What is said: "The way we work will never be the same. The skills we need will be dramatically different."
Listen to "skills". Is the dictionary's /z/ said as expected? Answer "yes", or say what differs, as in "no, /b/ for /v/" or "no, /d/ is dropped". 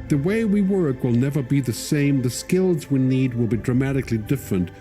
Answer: yes